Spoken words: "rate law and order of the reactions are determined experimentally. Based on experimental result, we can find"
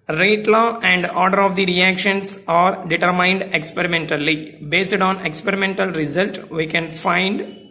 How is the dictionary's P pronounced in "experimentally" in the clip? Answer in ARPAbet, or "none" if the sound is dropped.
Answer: P